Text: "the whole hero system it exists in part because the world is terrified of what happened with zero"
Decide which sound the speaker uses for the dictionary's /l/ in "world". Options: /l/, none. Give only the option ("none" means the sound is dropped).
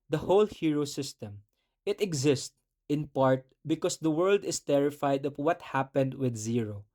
/l/